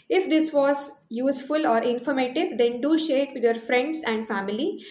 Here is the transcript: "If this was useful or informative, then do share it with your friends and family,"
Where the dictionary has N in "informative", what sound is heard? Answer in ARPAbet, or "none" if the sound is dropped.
N